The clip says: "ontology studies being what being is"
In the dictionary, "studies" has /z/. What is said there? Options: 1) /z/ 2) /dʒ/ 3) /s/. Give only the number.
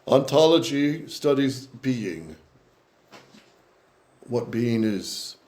1